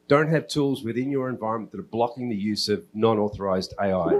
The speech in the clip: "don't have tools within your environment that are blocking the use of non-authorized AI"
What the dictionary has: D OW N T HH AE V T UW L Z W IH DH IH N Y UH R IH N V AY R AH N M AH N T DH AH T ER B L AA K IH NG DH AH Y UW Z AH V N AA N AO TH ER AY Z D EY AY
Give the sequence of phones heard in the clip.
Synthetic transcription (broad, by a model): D OW N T HH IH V T UW L Z W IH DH IH N Y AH R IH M V AY R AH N M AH N DH AH T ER B L AA K IH NG DH AH Y UW Z AH V N AA N AO TH ER AY Z D EY AY